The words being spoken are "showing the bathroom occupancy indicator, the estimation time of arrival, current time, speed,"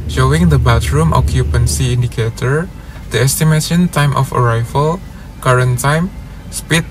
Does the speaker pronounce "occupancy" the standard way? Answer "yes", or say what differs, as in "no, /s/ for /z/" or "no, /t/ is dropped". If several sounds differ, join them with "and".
yes